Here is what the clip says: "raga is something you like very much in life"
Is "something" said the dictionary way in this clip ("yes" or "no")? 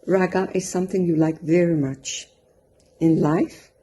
yes